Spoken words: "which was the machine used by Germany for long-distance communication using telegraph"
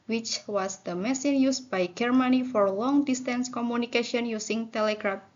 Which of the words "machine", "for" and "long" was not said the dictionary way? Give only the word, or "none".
machine